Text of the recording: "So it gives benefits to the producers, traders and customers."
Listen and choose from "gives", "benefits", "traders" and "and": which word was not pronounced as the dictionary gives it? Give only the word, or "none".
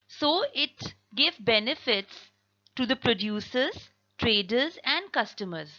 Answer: gives